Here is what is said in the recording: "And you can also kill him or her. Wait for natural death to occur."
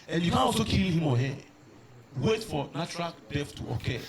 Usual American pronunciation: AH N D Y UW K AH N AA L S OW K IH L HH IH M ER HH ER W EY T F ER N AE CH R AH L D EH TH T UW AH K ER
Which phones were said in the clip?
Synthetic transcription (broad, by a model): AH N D Y UW K AH N AA L S OW K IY L HH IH M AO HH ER W EY T F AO N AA CH R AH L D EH F T UW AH K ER